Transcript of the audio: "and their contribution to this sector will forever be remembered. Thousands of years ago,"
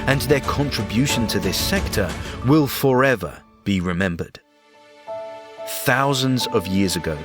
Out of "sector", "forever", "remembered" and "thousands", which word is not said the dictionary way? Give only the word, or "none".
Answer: none